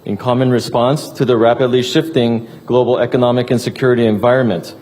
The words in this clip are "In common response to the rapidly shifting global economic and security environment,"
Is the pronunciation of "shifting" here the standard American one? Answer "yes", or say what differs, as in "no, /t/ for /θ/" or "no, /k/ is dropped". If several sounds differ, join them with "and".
yes